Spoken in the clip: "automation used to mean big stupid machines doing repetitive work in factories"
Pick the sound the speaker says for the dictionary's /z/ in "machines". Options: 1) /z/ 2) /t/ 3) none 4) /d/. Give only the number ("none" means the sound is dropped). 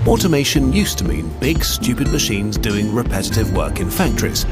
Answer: 1